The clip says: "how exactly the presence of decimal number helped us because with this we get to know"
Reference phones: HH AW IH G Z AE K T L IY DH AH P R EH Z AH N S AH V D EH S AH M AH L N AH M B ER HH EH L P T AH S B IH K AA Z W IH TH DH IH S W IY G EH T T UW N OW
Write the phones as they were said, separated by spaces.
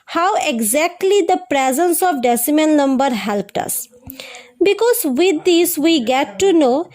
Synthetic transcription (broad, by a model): HH AW IH G Z AE K T L IY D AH P R EH Z AH N S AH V D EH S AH M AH N N AH M B ER HH EH L P T AH S B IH K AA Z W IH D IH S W IY G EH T T UW N OW